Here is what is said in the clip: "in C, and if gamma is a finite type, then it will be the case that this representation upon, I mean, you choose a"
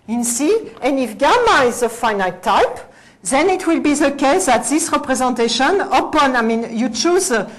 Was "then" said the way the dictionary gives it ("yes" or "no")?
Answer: yes